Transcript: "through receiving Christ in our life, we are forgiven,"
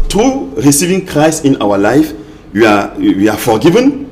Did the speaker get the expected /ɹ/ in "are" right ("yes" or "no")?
no